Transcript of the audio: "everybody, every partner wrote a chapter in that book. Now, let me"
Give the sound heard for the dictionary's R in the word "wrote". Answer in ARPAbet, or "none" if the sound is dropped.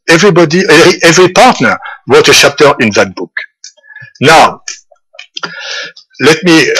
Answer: W